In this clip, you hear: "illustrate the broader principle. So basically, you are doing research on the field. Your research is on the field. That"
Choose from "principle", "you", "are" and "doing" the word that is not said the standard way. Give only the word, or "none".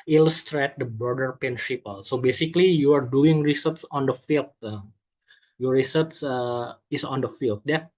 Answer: principle